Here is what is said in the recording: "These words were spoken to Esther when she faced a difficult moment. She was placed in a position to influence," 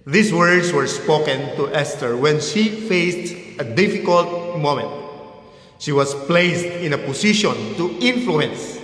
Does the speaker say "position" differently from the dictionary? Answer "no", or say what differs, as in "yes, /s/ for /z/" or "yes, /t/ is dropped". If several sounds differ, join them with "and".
yes, /s/ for /z/